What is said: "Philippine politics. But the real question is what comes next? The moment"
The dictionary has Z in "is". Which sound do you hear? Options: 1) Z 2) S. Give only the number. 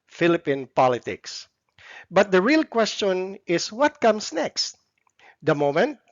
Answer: 2